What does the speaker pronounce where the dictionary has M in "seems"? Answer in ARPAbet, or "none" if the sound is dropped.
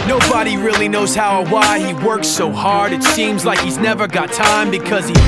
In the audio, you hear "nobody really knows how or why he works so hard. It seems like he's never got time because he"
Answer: M